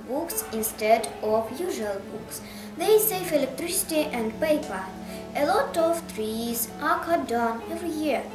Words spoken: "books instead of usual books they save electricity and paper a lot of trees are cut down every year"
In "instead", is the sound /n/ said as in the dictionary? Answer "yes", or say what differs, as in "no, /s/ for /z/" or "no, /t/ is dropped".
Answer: yes